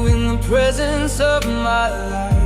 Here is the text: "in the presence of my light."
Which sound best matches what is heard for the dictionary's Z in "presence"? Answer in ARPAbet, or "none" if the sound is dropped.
Z